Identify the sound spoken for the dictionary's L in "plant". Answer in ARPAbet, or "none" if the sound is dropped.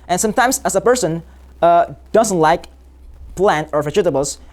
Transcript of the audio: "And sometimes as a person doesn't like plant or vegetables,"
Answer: L